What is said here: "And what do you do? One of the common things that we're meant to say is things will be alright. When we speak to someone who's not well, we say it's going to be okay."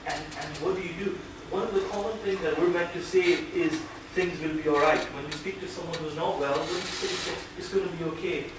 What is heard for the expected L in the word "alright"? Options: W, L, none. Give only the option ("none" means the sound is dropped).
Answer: L